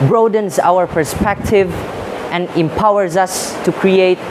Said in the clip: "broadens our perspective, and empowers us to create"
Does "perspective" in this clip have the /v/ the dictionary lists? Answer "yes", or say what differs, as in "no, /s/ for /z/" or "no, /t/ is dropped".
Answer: yes